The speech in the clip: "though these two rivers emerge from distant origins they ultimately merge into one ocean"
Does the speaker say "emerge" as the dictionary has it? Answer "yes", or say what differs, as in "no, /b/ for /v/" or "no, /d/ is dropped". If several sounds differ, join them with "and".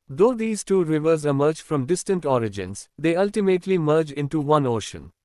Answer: yes